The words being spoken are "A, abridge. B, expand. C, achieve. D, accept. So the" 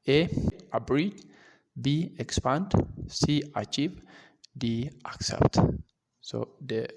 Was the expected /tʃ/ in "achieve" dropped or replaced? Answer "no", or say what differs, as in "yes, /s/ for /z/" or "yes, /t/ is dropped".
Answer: no